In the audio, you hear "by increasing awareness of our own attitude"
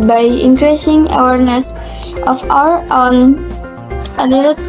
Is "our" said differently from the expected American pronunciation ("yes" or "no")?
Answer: no